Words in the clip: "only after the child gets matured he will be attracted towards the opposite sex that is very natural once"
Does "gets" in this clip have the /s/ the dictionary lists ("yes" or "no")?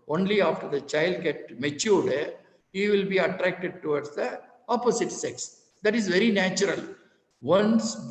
no